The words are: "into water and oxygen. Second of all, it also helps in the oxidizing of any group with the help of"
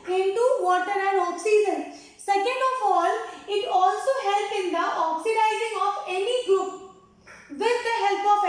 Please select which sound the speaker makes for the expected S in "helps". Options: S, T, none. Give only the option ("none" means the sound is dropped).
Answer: none